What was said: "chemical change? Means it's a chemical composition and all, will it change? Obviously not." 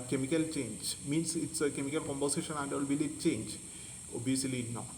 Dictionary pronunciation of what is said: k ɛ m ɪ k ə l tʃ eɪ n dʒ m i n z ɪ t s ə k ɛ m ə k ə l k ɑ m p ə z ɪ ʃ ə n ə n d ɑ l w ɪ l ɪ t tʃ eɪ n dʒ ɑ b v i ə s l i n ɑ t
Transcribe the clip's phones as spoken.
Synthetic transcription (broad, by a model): k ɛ m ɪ k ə l tʃ eɪ n dʒ m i n s ɪ t s ə k ɛ m ə k ə l k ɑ m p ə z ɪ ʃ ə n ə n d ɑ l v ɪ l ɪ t tʃ eɪ n dʒ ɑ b i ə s l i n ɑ